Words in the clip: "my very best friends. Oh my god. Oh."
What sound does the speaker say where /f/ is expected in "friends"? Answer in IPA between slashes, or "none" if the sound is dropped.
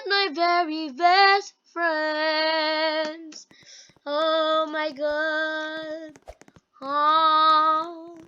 /f/